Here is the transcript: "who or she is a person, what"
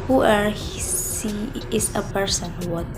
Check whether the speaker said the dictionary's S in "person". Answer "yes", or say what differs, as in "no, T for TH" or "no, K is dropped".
yes